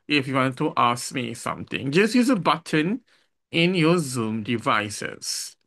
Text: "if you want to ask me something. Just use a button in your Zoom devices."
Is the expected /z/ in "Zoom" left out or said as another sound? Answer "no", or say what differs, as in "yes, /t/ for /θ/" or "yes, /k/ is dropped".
no